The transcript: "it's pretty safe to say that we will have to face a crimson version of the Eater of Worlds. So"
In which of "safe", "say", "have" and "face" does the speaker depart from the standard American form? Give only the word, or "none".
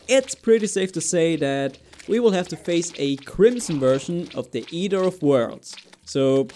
have